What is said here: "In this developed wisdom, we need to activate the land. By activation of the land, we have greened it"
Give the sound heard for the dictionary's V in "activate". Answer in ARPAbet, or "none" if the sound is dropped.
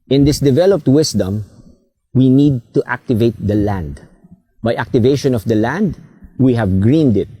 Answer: V